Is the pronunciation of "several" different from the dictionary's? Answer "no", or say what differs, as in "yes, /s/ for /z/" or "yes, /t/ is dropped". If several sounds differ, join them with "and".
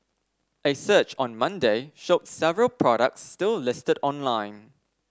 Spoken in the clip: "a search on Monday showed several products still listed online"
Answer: no